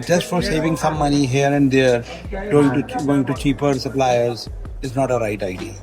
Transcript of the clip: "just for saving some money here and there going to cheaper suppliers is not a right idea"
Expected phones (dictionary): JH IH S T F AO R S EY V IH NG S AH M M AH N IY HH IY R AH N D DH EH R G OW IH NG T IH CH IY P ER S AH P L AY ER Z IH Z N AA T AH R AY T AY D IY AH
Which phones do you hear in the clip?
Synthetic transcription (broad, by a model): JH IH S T F AO R S EY V IH NG S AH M M AH N IY HH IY R AH N D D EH R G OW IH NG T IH CH IY P ER S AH P L AY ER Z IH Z N AA T AH R AY T AY D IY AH